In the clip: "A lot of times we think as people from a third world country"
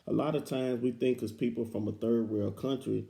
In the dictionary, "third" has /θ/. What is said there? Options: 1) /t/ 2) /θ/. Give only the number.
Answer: 2